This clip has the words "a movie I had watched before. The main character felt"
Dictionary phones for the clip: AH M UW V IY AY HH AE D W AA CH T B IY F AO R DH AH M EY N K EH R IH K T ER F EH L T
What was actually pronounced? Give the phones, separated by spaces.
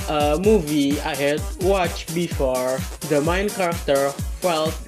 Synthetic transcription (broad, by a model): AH M UW V IY AY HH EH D W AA CH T B IY F AO R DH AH M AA N K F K T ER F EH L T